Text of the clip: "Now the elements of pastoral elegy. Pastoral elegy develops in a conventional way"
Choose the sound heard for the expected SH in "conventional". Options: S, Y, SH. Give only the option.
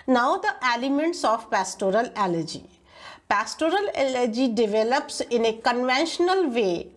SH